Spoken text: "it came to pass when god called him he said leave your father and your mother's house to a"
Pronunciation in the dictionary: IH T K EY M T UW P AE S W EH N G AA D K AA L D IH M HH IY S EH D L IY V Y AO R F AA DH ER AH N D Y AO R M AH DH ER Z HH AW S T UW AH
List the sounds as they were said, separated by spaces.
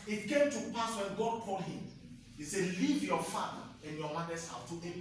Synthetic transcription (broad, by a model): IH T K EY M T UW P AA S W EH N G AA D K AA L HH IH M HH IY S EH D L IY V Y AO F AA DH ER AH N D Y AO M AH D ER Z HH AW T UW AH